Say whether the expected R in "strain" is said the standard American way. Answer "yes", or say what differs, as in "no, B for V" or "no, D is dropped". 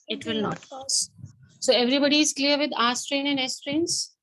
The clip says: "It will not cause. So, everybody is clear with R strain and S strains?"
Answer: yes